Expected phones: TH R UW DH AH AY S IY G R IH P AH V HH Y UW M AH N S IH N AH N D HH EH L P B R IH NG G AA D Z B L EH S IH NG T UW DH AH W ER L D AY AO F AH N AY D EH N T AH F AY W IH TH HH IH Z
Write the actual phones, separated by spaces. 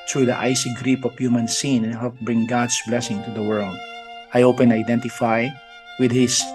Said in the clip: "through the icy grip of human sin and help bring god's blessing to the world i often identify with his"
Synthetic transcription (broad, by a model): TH R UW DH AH AY S IY G R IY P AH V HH Y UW M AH N S IH N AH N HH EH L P B R IH NG G AA D S B L EH S IH NG T UW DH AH W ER L D AY AO P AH N AY D EH N T AH F AY W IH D HH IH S